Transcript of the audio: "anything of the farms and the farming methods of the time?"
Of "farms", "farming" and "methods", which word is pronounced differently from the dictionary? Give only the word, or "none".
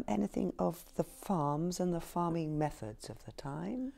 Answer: none